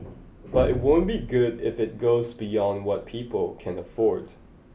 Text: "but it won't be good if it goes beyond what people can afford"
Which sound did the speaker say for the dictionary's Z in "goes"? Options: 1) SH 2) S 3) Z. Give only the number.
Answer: 3